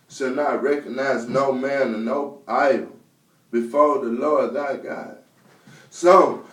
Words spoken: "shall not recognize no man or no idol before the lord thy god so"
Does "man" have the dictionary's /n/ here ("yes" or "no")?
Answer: yes